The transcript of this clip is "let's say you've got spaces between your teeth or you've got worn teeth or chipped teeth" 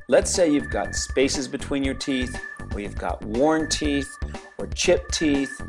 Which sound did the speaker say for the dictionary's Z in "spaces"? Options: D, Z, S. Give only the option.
Z